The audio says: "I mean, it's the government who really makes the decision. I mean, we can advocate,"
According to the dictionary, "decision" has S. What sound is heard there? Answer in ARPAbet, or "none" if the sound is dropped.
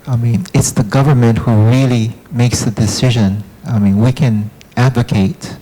S